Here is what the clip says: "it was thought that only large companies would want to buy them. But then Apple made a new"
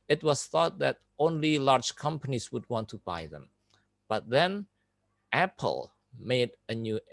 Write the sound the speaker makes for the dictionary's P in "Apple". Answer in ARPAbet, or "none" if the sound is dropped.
P